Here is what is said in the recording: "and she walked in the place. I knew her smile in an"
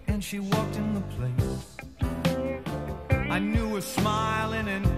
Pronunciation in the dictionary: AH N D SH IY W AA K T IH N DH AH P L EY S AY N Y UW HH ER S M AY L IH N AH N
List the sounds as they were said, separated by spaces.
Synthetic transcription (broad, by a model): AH N SH IY W AA K T IH N DH AH P L EY S AY N Y UW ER S M AY L IH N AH N